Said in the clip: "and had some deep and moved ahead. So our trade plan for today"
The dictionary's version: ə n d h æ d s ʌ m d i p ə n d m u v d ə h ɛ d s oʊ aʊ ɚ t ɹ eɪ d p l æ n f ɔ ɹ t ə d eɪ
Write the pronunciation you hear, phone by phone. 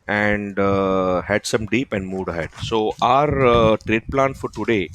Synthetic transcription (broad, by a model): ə n d h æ d s ʌ m d i p ə n d m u d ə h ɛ d s oʊ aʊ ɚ t ɹ eɪ d p l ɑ n f ɔ ɹ t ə d eɪ